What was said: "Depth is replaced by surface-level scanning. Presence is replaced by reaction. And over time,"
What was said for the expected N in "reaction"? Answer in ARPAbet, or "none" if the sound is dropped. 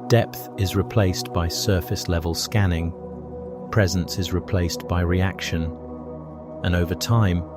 N